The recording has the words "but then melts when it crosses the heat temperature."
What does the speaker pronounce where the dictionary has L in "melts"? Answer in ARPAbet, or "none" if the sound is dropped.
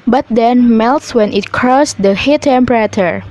L